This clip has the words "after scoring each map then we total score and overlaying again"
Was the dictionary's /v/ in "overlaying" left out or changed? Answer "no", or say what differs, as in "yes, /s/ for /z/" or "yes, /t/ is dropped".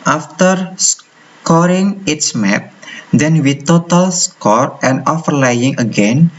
yes, /f/ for /v/